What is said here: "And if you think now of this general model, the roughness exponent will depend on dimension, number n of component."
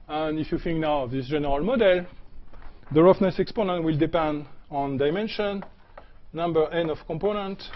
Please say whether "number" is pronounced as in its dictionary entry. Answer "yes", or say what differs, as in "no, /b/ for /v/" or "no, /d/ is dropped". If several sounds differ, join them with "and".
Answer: yes